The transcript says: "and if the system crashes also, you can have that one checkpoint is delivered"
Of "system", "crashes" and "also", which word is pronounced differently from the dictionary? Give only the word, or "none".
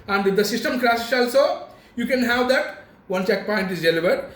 crashes